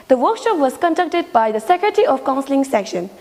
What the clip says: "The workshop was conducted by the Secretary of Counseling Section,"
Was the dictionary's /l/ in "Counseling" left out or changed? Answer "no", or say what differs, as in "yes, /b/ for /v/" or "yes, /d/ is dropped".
no